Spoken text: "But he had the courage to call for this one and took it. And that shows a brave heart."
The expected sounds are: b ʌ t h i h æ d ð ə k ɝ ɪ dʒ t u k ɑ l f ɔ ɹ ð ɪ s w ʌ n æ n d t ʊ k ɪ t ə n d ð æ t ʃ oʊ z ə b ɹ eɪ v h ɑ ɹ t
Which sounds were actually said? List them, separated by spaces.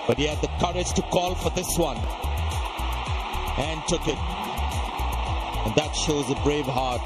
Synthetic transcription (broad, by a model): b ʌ t h i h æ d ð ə k ɝ ɪ dʒ t u k ɑ l f ɔ ɹ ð ɪ s w ʌ n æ n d t ʊ k ɪ t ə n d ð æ t ʃ oʊ z ə b ɹ eɪ v h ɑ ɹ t